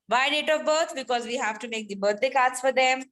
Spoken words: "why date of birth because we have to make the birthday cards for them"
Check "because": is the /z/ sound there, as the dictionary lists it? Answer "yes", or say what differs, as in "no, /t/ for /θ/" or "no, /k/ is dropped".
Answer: yes